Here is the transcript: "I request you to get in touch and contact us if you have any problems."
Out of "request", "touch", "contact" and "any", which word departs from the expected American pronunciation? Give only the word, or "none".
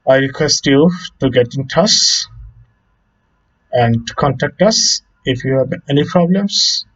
touch